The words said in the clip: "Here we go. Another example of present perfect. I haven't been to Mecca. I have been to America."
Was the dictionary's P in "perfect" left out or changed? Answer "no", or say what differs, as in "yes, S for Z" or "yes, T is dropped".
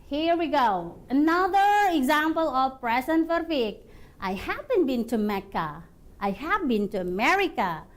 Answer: yes, F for P